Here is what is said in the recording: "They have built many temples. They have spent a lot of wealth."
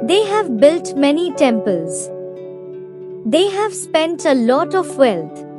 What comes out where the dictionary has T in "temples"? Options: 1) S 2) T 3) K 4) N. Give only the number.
2